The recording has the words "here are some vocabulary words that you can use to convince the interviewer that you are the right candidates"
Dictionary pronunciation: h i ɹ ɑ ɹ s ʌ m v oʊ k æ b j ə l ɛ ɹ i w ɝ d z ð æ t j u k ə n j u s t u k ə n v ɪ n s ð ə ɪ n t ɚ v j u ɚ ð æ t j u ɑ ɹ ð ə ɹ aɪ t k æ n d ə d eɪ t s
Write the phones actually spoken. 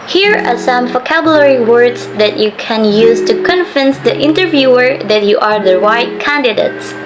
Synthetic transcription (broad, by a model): h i ɹ ɑ ɹ s ʌ m v oʊ k æ b j ə l ɛ ɹ i w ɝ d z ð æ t j u k ə n j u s t u k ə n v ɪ n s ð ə ɪ n t ɚ v j u ɚ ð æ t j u ɑ ɹ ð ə ɹ aɪ t k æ n d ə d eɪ t s